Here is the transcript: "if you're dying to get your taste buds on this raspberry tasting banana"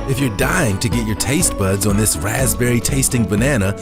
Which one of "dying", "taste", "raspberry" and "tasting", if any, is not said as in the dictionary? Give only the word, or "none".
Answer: none